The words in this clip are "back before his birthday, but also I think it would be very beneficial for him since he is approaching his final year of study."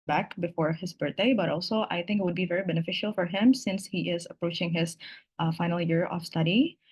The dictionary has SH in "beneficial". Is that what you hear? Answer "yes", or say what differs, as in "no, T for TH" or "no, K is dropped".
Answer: yes